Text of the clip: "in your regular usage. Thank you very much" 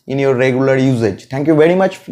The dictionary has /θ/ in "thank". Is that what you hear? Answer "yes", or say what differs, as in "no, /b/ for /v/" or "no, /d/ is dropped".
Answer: no, /t/ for /θ/